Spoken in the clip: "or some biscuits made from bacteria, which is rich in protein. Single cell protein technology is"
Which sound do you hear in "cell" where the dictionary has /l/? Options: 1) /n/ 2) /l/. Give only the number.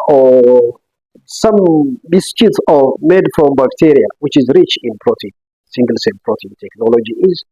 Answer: 1